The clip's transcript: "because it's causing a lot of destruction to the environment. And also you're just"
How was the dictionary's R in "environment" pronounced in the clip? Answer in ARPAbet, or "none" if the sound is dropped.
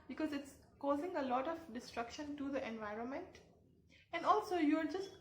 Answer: R